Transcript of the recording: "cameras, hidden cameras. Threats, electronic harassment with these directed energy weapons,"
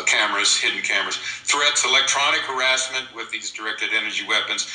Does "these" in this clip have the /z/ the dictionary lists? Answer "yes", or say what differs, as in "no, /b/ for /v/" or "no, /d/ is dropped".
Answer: yes